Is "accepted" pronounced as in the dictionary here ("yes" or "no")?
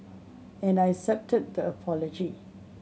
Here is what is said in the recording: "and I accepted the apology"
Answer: no